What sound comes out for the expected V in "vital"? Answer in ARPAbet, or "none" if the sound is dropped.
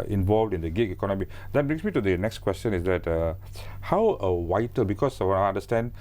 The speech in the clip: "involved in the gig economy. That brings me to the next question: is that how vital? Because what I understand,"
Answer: W